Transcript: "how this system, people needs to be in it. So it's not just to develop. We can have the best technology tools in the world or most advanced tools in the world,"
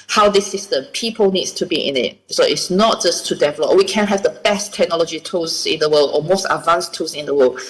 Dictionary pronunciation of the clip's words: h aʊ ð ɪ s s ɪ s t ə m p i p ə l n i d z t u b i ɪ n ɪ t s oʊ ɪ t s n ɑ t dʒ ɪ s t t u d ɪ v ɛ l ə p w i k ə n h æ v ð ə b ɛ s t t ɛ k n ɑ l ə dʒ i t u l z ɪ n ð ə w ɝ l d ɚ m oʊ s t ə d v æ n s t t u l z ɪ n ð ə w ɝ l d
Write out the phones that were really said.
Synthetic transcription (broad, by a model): h aʊ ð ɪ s s ɪ s t ə m p i p ə l n i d s t u b i ɪ n ɪ t s oʊ ɪ t s n ɑ t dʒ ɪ s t t u d ɪ v ɛ l ə p w i k ə n h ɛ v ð ə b ɛ s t t ɛ k n ɑ l ə dʒ i t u z ɪ n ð ə w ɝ l d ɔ m oʊ s t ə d v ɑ n s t t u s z ɪ n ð ə w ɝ l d